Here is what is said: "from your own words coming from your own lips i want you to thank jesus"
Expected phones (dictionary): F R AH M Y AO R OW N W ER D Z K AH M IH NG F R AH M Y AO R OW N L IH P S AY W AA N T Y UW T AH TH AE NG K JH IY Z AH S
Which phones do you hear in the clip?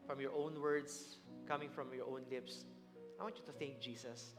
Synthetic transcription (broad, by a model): F R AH M Y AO R OW N W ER D S K AH M IH NG F R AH M Y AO R OW N L IH P S AY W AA N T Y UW T AH TH AE NG K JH IY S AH S